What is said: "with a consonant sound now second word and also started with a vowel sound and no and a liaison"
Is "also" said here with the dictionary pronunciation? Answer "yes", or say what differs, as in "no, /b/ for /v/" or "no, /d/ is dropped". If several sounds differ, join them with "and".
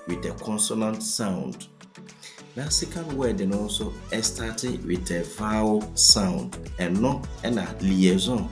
no, /l/ is dropped